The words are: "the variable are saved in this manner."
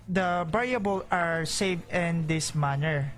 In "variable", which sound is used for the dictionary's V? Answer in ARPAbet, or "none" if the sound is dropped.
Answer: B